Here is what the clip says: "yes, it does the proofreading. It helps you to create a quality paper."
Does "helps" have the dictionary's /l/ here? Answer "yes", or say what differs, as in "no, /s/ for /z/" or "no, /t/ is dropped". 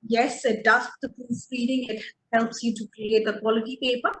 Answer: yes